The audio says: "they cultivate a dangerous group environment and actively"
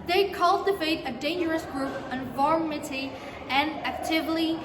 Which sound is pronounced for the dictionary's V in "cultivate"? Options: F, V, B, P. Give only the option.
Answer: F